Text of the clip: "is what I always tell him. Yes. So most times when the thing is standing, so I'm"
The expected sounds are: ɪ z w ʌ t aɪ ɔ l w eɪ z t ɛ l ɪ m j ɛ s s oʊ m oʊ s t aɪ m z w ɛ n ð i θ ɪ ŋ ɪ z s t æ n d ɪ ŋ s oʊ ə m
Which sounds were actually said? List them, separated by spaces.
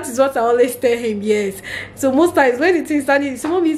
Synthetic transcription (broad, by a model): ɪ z w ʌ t aɪ ɔ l w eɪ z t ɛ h ɪ m j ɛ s s oʊ m oʊ s t aɪ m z w ɛ n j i t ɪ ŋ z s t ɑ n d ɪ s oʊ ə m